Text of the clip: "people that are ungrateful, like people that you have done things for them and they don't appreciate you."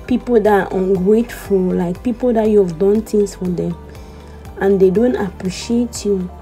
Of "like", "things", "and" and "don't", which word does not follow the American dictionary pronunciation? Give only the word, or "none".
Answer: things